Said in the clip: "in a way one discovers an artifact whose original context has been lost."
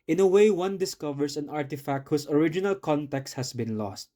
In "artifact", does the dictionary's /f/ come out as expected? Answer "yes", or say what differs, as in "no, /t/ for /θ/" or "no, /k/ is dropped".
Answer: yes